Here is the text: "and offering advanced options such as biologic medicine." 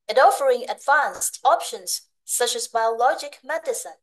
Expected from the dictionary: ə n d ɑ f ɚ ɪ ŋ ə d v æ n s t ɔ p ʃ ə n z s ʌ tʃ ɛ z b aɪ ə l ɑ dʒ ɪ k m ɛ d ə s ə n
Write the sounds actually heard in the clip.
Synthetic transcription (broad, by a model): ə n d ɑ f ɚ ɪ ŋ ə d v æ n s t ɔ p ʃ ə n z s ʌ tʃ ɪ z b aɪ ə l ɑ dʒ ɪ k m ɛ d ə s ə n